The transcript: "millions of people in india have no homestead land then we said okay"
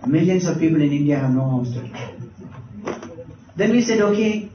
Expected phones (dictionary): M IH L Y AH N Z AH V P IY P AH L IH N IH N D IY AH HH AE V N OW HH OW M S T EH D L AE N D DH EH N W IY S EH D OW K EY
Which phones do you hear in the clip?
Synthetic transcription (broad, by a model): M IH L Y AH N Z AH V P IY P AH L IH N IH N D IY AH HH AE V N OW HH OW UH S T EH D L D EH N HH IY S EH D OW K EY